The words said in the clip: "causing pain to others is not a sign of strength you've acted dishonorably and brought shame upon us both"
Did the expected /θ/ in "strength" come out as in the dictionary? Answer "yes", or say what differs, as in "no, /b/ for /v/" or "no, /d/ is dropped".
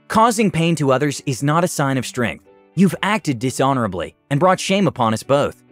yes